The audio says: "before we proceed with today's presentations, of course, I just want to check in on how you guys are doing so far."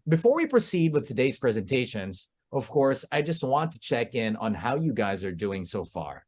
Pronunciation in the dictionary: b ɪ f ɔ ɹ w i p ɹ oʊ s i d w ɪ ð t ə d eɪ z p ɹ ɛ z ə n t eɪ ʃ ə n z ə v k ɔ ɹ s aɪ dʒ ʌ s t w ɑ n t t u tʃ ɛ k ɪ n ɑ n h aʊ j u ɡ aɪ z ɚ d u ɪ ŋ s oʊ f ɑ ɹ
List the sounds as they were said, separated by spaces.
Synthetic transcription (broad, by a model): b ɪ f ɔ ɹ w i p ɹ oʊ s i d w ɪ ð t ə d eɪ z p ɹ ɛ z ə n t eɪ ʃ ə n z ə v k ɔ ɹ s aɪ dʒ ʌ s t w ɑ n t t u tʃ ɛ k ɪ n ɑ n h aʊ j u ɡ aɪ z ɚ d u ɪ ŋ s oʊ f ɑ ɹ